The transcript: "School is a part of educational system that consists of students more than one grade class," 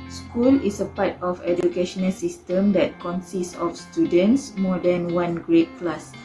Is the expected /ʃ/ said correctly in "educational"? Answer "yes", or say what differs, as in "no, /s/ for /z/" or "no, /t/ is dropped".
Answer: yes